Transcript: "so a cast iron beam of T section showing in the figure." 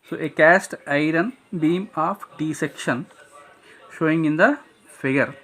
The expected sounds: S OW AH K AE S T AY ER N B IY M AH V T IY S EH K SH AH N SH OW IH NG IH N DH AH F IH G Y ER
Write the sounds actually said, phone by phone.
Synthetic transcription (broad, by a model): S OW AH K AE S T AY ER N B IY M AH F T IY S EH K SH AH N SH OW IH NG IH N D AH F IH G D